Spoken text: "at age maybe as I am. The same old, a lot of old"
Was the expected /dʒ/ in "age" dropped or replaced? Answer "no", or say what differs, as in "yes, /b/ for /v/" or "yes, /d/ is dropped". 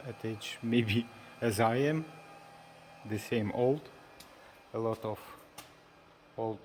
yes, /tʃ/ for /dʒ/